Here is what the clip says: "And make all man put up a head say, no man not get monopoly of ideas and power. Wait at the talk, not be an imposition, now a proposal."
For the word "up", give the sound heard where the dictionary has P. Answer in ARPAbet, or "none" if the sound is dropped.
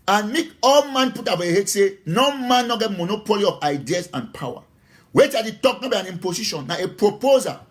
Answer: F